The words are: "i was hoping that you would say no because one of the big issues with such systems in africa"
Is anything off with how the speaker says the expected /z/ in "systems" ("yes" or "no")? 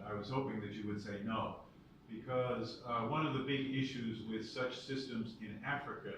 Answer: no